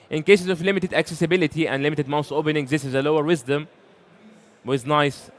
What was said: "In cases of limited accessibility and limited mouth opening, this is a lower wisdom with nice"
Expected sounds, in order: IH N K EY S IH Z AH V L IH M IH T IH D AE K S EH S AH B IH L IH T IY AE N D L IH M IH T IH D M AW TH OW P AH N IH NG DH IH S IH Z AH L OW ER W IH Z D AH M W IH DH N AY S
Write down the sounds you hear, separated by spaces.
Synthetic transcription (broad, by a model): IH N K EY S IH Z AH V L IH M IH T IH D AE K S EH S AH B IH L IH T IY AE N D L IH M IH T IH D M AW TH OW P AH N IH NG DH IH S IH Z AH L OW ER W IH Z D AH M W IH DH N AY S